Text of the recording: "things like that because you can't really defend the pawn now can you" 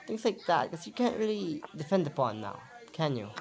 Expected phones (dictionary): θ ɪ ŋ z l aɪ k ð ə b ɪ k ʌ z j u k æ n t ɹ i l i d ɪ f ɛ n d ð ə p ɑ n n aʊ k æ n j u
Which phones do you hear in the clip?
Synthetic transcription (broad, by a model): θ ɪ ŋ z l aɪ k ð ə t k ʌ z j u k æ n t ɹ i l i d ɪ f ɛ n d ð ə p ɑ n n aʊ k æ n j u